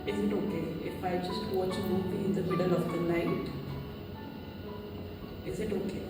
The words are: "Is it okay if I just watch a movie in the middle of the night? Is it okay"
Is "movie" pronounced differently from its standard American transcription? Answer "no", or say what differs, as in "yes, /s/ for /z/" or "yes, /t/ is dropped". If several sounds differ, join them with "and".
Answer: yes, /b/ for /v/